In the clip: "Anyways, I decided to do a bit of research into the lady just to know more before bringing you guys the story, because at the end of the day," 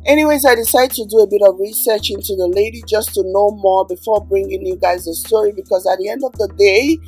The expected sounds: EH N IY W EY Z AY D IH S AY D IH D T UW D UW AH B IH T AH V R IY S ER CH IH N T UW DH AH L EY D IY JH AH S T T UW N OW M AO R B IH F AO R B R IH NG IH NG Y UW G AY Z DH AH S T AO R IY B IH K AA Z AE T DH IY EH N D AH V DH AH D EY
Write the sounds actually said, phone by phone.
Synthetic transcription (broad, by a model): EH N IY W EY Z AY D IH S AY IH D T UW D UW AH B IH T AH V R IY S ER CH IH N T UW DH AH L EY D IY JH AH S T T UW N OW M AO R B IH F AO R B R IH NG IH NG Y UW G AY Z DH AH S T AO R IY B IH K AA Z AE T DH IY EH N D AH V DH AH D EY